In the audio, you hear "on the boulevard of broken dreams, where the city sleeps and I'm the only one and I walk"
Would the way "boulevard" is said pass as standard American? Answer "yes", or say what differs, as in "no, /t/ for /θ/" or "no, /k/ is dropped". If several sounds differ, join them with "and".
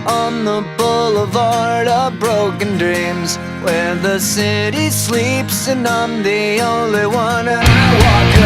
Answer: yes